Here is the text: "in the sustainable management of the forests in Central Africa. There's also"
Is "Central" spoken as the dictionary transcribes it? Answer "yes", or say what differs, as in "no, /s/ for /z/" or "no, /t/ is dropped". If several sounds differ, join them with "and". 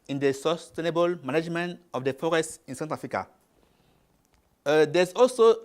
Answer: no, /ɹ/ is dropped